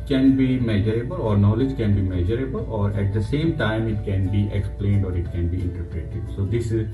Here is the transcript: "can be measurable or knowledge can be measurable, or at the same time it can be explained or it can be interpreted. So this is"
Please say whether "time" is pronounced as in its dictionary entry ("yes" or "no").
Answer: yes